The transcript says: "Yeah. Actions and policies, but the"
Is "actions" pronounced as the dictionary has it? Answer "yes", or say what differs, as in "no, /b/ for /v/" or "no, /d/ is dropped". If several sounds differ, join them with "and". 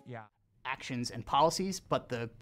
yes